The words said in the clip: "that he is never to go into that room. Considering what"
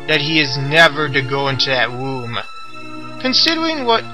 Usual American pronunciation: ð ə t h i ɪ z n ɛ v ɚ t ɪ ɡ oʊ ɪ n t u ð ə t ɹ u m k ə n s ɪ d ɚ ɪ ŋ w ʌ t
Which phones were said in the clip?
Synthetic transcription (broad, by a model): ð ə t h i ɪ z n ɛ v ɚ t ɪ ɡ oʊ ɪ n t u ð ə t w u m k ə n s ɪ d ɚ ɪ ŋ w ʌ t